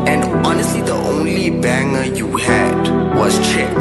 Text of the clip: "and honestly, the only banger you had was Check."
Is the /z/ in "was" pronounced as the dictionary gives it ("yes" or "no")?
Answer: no